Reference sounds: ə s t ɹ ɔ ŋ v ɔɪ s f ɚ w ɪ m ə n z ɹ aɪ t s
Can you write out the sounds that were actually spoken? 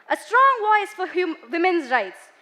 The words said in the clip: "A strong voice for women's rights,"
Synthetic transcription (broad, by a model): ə s t ɹ ɔ ŋ w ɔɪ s f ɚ w ɪ m ə n z ɹ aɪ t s